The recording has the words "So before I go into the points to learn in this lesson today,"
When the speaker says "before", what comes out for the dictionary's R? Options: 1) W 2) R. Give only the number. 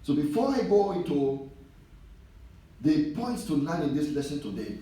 2